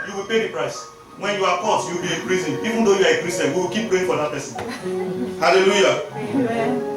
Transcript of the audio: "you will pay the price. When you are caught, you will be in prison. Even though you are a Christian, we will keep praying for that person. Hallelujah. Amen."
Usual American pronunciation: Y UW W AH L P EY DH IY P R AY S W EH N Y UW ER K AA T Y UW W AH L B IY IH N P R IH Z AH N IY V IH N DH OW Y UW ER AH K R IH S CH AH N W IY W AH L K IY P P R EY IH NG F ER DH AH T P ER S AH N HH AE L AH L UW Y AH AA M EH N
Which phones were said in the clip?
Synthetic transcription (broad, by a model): Y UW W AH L P EY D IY P R AY S W EH N Y UW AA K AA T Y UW W AH L B IY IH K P R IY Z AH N IY V IH N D OW Y UW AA AH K R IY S AH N W IY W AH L K IY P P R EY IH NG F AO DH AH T P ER S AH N HH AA L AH L UW Y AA